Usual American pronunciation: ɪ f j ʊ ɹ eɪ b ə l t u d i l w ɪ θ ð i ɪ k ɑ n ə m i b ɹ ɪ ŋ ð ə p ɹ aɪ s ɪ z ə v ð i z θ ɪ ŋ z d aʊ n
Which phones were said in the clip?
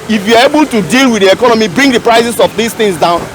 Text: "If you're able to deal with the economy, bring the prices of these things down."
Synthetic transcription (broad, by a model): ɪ f j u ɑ eɪ b ə l t u d i l w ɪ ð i ɪ k ɑ n ə m i b ɹ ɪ ŋ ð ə p ɹ aɪ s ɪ s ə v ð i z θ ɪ ŋ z d aʊ n